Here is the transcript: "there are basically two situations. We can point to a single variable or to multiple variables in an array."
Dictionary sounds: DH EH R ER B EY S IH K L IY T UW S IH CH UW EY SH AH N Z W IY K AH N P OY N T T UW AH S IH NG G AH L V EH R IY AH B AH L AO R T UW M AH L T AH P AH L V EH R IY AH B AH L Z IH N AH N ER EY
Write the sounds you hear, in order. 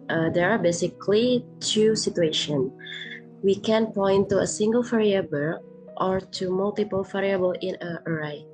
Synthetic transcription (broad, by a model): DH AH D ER B EY S IH K L IY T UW S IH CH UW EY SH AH N W IY K AH N P OY N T T UW AH S IH NG G AH L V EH R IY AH B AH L AO R T UW M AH L T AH P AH L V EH R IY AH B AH L IH N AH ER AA